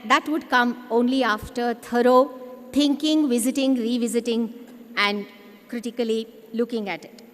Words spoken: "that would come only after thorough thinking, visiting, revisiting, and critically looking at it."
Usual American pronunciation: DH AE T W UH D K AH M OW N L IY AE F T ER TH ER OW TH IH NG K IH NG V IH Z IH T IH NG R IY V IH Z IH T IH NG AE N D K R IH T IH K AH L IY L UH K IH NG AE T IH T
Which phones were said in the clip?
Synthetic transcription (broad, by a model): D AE T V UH D K AH M OW N L IY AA F T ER T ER OW T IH NG K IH NG V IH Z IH T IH NG R IY V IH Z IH T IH NG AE N D K R IH T IH K AH L IY L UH K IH NG AE T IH T